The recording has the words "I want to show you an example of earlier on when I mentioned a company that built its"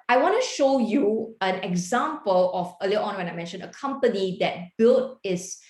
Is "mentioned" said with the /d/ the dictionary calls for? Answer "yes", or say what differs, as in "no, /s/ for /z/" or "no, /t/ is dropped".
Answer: no, /d/ is dropped